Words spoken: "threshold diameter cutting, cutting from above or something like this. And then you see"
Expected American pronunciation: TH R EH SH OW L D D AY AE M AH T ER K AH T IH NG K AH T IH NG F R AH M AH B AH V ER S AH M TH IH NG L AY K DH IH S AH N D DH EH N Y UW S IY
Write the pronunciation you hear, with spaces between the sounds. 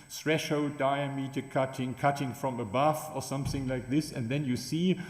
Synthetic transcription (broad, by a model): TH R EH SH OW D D AY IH M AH T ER K AH T IH NG K AH T IH NG F R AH M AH B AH F ER S AH M TH IH NG L AY K DH IH S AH N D DH EH N Y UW S IY